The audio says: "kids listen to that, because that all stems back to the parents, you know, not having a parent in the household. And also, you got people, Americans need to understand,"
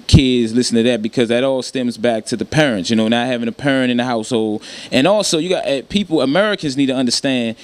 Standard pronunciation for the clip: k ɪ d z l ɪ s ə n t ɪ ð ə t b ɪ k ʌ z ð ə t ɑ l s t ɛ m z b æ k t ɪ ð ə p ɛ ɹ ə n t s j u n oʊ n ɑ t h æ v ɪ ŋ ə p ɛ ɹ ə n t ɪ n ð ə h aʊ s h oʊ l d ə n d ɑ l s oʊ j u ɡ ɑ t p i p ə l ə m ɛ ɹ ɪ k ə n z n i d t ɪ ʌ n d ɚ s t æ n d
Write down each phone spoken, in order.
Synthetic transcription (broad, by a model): k ɪ d z l ɪ s n t ɪ ð ə t b ɪ k ʌ z ð ə t ɑ l s t ɛ m z b æ k t ɪ ð ə p ɛ ɹ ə n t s j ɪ n oʊ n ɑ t h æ v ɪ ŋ ə p ɛ ɹ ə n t ɪ n ð ə h aʊ s h oʊ l d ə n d ɑ l s oʊ j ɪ ɡ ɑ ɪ p i p l ə m ɛ ɹ ɪ k ə n z n i d t ɪ ʌ n d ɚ s t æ n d